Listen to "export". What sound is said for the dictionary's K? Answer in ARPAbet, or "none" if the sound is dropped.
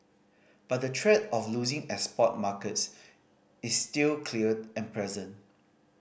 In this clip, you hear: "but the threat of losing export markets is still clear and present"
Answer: none